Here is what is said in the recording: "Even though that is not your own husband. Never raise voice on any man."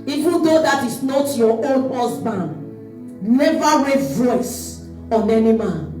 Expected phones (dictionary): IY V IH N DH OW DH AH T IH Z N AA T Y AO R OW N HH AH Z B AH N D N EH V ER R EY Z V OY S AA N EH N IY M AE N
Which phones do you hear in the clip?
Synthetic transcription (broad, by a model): IY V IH N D OW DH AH T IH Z N AA T Y AO OW N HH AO S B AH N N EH V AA R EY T V OY S AA N EH N IY M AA N